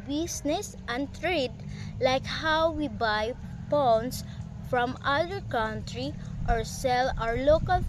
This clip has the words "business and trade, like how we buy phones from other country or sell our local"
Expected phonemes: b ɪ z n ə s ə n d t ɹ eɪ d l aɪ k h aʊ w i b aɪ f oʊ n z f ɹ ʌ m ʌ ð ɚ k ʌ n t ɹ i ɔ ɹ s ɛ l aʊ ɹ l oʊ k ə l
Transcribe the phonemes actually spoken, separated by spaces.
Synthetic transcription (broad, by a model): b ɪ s n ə s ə n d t ɹ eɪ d l aɪ k h aʊ w i b aɪ p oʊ n s f ɹ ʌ m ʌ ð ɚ k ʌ n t ɹ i ɔ ɹ s ɛ l aʊ ɹ l oʊ k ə l